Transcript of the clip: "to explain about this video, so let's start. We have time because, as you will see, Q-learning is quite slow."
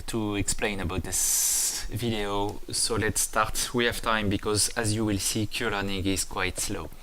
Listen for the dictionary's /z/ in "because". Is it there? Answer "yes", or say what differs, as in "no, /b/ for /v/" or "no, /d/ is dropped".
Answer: yes